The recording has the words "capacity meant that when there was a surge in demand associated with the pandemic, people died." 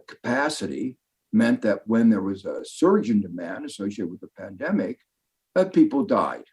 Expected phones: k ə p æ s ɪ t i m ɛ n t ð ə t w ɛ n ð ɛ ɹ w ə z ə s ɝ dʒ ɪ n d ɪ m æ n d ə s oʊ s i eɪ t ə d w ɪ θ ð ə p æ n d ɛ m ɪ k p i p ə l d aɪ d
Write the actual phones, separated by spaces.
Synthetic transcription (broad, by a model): k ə p æ s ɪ t i m ɛ n ð ə t w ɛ n ð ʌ ɹ w ə z ə s ɝ dʒ ɪ n d ɪ m æ n d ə s oʊ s i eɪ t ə w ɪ ð ə p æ n d ɛ m ɪ k p i p l d aɪ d